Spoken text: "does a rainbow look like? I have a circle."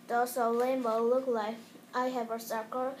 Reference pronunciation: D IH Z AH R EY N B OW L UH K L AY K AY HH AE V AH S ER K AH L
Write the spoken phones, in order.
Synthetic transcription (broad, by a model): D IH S AH L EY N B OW L UH K L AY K AY HH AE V AH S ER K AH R